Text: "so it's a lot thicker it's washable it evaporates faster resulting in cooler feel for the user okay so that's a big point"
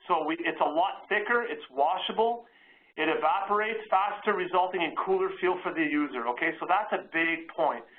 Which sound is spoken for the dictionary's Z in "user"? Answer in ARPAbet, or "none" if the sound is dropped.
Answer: Z